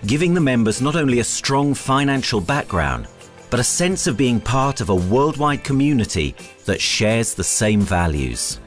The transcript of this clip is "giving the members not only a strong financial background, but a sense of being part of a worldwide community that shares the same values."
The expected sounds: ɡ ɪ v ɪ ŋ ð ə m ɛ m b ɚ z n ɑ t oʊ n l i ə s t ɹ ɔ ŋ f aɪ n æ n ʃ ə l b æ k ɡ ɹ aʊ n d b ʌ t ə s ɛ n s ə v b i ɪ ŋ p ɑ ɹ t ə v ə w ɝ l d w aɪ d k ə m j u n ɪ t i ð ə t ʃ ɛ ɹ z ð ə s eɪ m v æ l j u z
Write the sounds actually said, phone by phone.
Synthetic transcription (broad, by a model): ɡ ɪ v ɪ ŋ ð ə m ɛ m b ɚ z n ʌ t oʊ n l i ə s t ɹ ɔ ŋ f aɪ n æ n ʃ ə l b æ k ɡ ɹ aʊ n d b ʌ t ə s ɛ n s ə v b i ɪ ŋ p ɑ ɹ t ə v ə w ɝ l d w aɪ d k ə m j u n ɪ t i ð ə t ʃ ɛ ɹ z ð ə s eɪ m v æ l j u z